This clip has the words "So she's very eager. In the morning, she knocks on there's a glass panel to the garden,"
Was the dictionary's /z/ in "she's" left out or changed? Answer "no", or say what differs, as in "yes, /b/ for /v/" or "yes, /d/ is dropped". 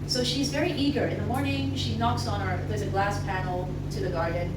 no